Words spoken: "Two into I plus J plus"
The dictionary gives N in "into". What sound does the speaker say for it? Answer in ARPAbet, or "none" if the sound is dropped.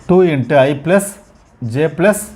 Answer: N